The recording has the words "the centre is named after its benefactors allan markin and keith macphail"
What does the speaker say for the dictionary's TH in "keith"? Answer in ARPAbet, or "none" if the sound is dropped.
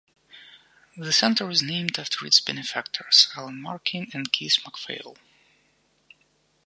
S